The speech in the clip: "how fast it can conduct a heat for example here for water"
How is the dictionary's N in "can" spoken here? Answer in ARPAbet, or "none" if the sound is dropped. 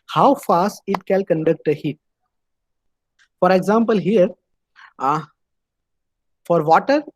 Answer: L